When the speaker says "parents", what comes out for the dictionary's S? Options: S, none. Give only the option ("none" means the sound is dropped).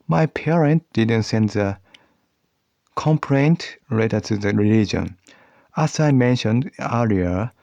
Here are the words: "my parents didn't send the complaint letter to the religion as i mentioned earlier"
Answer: none